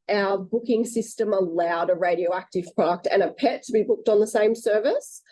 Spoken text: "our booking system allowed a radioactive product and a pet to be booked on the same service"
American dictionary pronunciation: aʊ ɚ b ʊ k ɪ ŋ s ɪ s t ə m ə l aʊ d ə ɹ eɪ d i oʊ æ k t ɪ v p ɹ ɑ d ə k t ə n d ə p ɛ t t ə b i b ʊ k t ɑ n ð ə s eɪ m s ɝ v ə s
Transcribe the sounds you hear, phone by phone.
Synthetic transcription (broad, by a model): aʊ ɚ b ʊ k ɪ ŋ s ɪ s t ə m ə l aʊ d ə ɹ eɪ d i oʊ æ k t ɪ v p ɹ ɑ d ə k t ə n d ə p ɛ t t ə b i b ʊ k t n ð ə s eɪ m s ɝ v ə s